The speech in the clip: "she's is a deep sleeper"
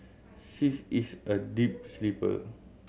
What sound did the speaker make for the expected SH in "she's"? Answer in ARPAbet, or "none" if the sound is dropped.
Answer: S